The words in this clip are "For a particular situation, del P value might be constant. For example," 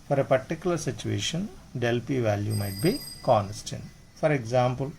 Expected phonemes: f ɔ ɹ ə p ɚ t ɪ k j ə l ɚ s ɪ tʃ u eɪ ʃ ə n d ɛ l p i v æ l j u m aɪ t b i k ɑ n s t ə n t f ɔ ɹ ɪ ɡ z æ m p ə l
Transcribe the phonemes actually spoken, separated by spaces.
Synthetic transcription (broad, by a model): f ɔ ɹ ə p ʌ t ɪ k j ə l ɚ s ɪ tʃ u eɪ ʃ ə n d ɛ l p i v æ l j u m aɪ t b i k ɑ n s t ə n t f ɔ ɹ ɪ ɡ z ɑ m p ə l